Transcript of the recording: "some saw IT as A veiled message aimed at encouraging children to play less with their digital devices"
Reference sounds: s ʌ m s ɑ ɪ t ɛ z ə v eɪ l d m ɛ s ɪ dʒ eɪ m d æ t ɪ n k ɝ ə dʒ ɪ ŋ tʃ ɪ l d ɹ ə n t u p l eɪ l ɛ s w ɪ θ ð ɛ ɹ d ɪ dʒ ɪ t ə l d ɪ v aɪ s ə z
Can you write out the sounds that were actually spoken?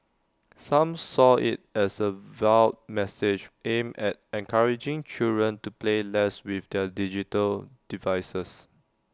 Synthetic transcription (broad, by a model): s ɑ m s ɑ ɪ t ɛ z ə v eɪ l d m ɛ s ɪ dʒ eɪ m ɛ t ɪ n k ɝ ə dʒ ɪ ŋ tʃ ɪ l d ɹ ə n t u p l eɪ l ɛ s w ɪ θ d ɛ d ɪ dʒ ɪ t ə l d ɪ v aɪ s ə s